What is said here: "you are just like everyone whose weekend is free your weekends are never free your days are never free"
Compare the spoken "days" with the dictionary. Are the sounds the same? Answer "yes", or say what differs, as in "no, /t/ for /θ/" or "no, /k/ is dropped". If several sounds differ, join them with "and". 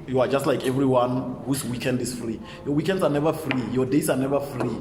no, /s/ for /z/